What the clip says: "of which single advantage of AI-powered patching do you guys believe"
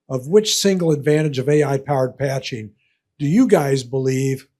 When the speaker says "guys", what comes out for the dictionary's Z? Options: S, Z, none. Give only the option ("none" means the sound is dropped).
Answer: Z